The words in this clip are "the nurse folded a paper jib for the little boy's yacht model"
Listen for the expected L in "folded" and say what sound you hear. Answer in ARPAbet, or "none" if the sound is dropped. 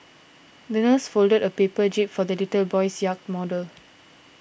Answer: L